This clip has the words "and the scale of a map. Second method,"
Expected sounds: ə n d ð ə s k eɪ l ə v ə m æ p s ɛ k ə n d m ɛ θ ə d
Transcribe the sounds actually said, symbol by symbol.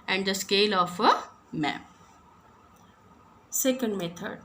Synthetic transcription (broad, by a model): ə n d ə s k eɪ l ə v ə m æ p s ɛ k ə n d m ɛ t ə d